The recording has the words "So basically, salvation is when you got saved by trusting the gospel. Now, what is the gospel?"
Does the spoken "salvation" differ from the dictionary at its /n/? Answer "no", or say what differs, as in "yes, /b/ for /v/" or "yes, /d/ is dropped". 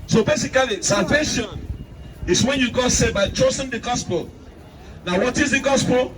no